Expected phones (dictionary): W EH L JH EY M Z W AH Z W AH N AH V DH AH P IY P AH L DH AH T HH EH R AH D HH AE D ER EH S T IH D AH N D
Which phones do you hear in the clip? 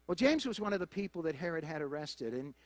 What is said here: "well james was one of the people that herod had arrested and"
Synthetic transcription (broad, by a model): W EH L JH EY M Z W AH Z W AH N AH V DH AH P IY P L DH AH T HH EH R AH D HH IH D ER EH S T IH D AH N